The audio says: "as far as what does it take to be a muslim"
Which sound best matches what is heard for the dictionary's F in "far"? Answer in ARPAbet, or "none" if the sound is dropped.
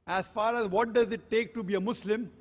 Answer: F